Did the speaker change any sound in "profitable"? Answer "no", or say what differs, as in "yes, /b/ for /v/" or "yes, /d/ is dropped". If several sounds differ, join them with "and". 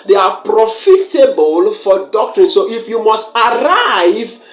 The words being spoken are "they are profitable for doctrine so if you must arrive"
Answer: no